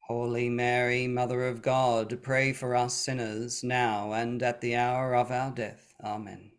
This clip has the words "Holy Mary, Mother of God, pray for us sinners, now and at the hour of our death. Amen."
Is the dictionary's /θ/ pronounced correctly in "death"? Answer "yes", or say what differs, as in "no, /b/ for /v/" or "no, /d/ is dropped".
yes